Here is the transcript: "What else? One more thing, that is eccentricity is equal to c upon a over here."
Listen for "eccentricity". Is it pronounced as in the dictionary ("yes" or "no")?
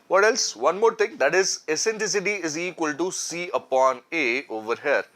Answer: no